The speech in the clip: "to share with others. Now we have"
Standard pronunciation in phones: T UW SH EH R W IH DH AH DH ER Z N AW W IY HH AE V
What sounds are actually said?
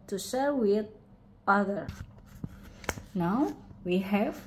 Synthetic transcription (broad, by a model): T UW SH EH R W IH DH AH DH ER N AW W IY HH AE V